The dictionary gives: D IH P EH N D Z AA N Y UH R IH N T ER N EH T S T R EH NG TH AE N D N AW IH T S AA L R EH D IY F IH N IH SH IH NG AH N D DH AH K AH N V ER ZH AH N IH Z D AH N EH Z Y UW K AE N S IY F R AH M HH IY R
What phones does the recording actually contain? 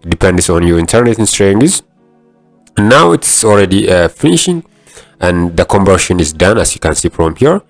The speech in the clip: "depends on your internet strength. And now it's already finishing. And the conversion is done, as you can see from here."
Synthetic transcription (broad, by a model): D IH P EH N D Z AA N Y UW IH N T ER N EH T S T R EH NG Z N AW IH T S AA L R EH D IY F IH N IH SH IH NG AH N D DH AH K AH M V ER SH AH N IH Z D AH N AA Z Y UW K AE N S IY P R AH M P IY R